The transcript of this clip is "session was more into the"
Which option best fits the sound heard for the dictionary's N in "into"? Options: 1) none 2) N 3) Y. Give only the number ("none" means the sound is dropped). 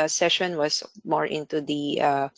2